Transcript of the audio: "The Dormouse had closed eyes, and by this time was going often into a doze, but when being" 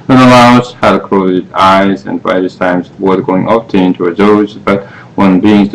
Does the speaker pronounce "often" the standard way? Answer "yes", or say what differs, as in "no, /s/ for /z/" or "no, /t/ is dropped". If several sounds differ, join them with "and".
no, /n/ is dropped